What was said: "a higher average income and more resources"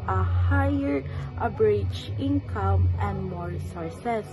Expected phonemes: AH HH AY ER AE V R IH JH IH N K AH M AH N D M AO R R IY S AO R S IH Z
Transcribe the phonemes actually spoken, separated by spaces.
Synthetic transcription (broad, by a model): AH HH AY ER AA B R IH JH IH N K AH M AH N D M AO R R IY S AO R S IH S